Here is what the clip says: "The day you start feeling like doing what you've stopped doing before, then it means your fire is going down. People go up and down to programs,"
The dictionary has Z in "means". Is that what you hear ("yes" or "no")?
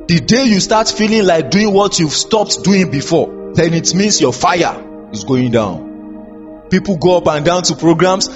no